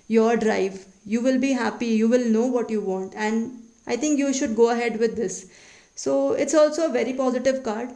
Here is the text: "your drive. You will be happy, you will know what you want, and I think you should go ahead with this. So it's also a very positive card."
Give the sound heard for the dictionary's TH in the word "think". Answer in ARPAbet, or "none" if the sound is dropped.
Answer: T